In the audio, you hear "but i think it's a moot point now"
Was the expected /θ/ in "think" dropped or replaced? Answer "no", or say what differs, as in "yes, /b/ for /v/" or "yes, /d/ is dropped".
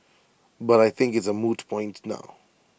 no